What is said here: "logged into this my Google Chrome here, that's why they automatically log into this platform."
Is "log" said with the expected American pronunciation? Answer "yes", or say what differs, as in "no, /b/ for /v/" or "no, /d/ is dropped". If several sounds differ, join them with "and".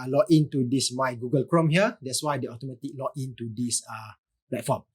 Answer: no, /ɡ/ is dropped